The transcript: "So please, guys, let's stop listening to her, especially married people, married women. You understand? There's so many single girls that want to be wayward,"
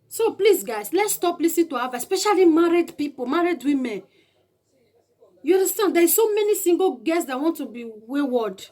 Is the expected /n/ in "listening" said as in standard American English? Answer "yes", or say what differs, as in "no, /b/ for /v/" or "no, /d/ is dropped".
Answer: no, /n/ is dropped